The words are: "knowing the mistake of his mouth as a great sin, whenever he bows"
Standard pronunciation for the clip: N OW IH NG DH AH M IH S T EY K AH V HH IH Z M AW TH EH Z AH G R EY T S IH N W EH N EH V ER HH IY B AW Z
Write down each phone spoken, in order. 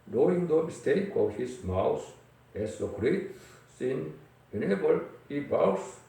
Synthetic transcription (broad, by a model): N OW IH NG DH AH M IH S T EY K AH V HH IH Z M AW S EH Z AH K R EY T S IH N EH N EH B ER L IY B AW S